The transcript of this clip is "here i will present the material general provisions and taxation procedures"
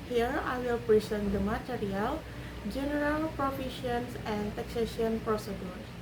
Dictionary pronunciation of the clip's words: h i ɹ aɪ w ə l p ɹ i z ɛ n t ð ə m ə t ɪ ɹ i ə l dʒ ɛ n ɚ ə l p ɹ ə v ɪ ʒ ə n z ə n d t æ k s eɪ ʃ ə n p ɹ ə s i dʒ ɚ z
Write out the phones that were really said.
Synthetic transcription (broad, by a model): h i ɹ aɪ w ə l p ɹ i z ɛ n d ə m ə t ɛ ɹ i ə l dʒ ɛ n ɚ ə l p ɹ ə f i ʃ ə n s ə n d t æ k s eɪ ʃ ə n p ɹ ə s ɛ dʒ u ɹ